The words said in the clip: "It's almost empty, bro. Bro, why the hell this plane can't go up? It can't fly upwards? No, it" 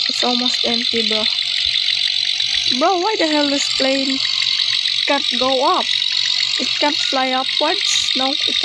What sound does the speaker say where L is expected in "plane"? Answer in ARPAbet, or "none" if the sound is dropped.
L